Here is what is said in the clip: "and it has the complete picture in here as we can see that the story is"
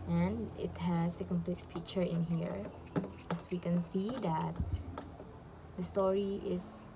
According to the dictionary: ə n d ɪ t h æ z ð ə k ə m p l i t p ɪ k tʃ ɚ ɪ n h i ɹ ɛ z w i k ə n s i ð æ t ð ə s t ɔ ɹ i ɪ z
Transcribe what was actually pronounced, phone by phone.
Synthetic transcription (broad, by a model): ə n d ɪ t h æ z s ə k ə m p l i t f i tʃ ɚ ɪ n h i ɹ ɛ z w i k ə n s i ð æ t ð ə s t ɔ ɹ i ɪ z